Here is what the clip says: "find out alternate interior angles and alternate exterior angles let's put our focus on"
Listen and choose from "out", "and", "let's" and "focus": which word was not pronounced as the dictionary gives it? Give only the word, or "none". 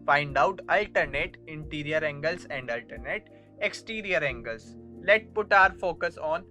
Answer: let's